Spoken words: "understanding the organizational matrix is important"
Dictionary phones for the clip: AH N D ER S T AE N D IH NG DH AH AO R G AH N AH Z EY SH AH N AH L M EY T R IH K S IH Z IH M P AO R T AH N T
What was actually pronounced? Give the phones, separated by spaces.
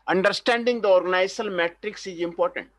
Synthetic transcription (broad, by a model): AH N D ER S T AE N D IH NG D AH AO R G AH N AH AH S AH L M EY T R IH K S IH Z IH M P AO R T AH N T